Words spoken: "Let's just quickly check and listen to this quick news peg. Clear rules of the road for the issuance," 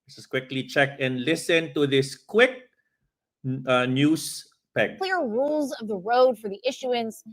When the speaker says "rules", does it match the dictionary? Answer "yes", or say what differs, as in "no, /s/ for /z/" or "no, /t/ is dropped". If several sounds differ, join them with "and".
yes